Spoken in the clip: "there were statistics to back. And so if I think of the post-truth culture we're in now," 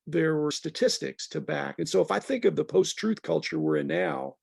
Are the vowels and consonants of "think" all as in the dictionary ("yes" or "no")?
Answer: yes